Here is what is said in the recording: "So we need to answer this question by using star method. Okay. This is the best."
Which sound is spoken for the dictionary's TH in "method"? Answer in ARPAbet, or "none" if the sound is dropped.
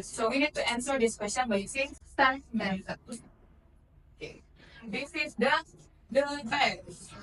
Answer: S